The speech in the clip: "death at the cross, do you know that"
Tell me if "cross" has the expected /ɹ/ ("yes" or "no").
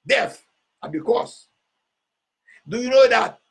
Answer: no